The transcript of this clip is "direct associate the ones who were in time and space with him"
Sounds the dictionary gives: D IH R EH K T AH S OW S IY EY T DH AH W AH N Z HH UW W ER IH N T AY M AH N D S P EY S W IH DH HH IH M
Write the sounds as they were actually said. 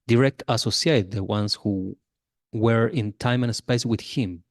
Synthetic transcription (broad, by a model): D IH R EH K T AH S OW S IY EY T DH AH W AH N S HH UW W ER IH N T AY M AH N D S P EY S W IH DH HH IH M